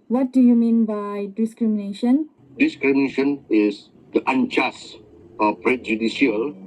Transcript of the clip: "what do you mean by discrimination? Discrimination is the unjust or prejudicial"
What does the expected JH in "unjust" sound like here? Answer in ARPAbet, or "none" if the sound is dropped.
CH